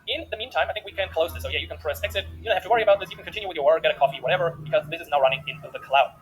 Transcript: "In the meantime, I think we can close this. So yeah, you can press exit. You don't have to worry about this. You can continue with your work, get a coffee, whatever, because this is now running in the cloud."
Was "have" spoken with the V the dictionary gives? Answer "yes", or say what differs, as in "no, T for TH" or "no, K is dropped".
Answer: no, F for V